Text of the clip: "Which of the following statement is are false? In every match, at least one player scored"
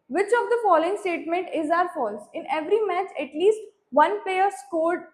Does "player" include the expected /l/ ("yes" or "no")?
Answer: no